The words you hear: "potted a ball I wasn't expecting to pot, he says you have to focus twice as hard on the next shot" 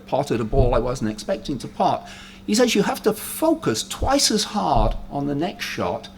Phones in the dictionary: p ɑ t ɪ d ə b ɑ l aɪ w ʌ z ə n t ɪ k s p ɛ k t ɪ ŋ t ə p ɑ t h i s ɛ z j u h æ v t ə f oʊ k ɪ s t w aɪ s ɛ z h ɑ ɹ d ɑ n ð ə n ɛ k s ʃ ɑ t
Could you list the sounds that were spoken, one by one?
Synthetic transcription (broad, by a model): p ɑ t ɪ d ə b ɑ l aɪ w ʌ z n t ɪ k s p ɛ k t ɪ ŋ t ə p ɑ t h i s ɛ z j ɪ h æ f t ə f oʊ k ɪ s t w aɪ s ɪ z h ɑ ɹ d n ð ə n ɛ k s ʃ ɑ t